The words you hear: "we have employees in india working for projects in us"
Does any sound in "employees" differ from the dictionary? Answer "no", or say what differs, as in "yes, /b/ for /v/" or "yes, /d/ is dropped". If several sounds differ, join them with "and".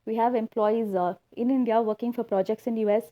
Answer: no